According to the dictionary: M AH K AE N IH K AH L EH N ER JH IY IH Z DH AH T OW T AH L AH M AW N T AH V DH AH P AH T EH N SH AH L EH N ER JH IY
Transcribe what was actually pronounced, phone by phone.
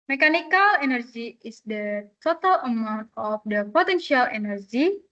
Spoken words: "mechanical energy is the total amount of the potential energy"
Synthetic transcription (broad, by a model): M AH K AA N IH K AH L EH N ER JH IY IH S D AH T OW T AH L AH M AW N T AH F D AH P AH T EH N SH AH L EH N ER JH IY